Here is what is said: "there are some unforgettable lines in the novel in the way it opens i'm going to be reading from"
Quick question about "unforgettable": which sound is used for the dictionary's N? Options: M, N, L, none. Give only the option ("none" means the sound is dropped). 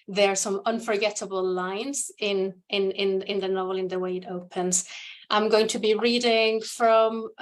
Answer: N